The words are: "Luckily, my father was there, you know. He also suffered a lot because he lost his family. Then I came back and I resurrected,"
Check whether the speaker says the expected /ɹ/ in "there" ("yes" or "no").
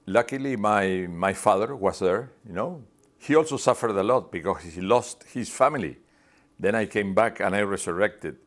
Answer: yes